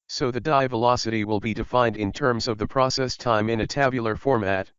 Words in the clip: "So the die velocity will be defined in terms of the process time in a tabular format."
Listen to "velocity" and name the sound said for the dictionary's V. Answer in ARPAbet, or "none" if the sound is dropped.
V